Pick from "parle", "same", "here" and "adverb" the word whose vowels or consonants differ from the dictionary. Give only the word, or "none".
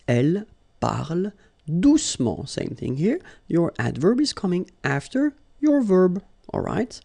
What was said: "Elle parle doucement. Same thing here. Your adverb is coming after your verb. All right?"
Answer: none